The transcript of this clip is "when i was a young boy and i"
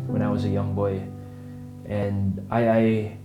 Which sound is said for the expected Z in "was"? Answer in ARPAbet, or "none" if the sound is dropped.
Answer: Z